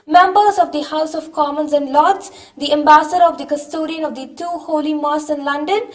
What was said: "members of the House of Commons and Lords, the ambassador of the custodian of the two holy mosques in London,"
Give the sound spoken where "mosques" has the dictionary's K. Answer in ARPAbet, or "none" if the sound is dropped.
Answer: none